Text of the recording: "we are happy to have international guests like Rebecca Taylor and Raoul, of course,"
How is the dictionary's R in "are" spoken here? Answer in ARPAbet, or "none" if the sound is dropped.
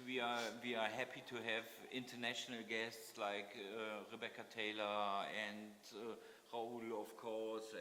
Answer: W